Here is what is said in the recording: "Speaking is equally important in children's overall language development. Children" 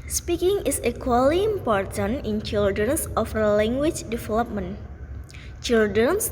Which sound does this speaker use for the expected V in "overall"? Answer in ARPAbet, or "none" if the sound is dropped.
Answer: F